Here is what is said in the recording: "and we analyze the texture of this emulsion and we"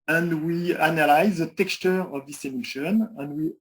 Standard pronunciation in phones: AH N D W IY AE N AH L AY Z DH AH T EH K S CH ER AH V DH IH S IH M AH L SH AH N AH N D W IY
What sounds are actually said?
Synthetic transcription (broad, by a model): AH N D W IY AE N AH L AY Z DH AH T EH K S CH ER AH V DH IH S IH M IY SH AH N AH N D W IY